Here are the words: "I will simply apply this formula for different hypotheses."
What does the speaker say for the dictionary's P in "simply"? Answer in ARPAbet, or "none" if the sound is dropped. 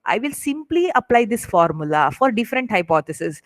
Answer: P